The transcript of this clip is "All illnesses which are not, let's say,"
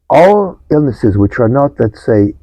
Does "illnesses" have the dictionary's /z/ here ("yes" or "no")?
yes